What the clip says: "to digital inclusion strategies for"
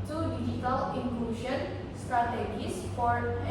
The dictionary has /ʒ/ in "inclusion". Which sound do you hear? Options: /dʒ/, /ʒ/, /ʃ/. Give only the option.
/ʃ/